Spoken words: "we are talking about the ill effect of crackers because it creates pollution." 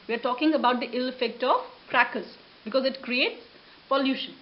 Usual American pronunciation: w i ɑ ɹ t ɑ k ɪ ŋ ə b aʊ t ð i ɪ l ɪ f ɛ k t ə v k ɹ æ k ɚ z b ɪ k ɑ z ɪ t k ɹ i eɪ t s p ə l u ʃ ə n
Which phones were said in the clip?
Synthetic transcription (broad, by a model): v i ɑ ɹ t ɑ k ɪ ŋ ə b aʊ t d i ɪ l ɪ f ɛ k t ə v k ɹ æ k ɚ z b ɪ k ɑ z ɪ t k ɹ i eɪ t s p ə l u ʃ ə n